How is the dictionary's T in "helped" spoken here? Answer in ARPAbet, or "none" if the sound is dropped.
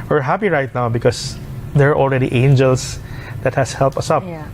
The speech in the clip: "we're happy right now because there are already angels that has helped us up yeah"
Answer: T